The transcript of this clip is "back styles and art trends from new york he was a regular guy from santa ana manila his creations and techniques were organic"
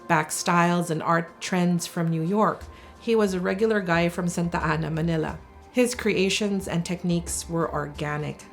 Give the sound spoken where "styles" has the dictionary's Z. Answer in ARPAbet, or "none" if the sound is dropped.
Z